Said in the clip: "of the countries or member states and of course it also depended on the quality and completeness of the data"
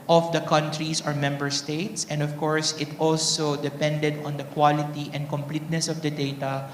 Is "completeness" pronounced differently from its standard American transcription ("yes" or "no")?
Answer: no